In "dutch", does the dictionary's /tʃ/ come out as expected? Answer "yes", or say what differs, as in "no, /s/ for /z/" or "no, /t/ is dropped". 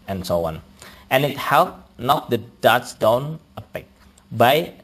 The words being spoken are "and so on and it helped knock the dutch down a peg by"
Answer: no, /s/ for /tʃ/